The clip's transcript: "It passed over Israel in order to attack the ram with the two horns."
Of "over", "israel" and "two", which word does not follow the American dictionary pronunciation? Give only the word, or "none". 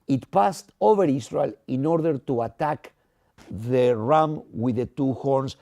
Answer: israel